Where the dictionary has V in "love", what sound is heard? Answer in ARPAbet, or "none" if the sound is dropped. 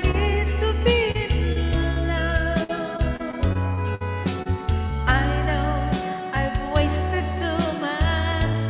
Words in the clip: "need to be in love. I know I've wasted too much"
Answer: none